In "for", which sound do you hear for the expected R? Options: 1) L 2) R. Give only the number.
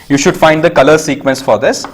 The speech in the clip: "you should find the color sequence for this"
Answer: 2